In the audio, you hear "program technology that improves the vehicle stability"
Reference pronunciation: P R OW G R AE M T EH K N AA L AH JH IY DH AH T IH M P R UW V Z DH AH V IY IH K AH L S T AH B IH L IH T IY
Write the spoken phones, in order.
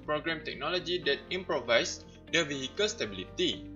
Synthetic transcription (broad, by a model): P R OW G R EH M T EH K N AA L AH JH IY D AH T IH M P R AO V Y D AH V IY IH K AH L S T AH B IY L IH T IY